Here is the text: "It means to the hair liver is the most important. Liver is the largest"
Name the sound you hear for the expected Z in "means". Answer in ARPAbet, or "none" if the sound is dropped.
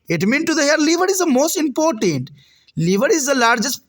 none